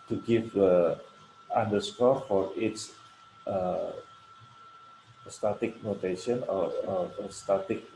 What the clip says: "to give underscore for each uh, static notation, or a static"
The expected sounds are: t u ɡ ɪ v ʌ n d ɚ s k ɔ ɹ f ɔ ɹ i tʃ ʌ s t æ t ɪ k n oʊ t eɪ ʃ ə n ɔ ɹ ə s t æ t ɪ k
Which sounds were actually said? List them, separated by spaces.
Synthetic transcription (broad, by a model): t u ɡ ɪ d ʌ n d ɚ s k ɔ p f ɔ ɹ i s ʌ s t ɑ t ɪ k n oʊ t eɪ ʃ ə n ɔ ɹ ə s t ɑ t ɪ k